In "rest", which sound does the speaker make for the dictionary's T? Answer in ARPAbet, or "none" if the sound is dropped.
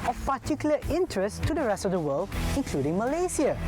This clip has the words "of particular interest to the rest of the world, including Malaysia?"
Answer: T